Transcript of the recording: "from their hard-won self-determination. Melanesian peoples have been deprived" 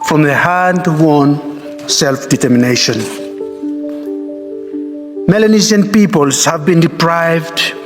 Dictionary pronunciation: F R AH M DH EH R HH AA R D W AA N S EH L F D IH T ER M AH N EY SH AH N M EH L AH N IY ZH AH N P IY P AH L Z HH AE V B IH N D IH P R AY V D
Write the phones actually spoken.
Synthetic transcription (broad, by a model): F R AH M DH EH HH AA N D W AA N S EH L F D IH T ER M AH N EY SH AH N M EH L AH N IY Z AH N P IY P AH L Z HH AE V B IH N D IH P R AY V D